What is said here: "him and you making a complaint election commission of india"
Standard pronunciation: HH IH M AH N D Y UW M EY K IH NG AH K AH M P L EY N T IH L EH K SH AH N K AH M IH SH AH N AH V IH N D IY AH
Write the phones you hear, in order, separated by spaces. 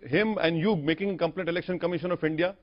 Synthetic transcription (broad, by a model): HH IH M AH N D Y UW M EY K IH NG AH K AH M P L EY T IH L EH K SH AH N K AH M IH SH AH N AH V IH N D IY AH